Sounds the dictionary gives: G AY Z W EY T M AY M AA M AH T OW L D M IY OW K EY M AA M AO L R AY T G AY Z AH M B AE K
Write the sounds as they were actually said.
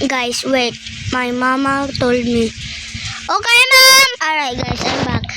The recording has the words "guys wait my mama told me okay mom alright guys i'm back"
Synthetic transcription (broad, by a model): G AY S W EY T M AY M AA M AH T OW L D M IY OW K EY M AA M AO R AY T G AY S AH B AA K